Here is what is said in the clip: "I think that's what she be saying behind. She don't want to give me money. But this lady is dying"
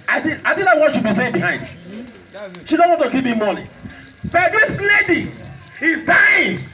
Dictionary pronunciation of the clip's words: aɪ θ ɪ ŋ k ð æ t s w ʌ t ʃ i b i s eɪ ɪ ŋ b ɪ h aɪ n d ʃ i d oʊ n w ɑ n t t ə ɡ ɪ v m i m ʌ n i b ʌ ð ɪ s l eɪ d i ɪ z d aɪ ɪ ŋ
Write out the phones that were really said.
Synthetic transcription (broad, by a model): aɪ t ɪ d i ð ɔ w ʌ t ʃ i b i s eɪ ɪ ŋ b ɪ h aɪ n d ʃ i d oʊ n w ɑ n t t ə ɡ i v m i m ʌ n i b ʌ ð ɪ s l eɪ d i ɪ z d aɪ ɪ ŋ